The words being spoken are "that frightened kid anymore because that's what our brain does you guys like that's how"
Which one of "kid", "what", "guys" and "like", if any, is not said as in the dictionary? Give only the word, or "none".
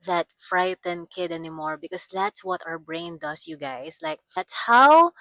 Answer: guys